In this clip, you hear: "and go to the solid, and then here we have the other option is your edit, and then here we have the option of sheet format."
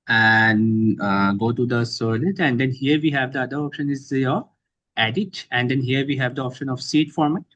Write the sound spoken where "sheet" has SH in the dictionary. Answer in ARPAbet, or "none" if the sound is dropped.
S